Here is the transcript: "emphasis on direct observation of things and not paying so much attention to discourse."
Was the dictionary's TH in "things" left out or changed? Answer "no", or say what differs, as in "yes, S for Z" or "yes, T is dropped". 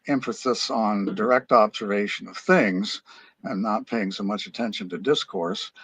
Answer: no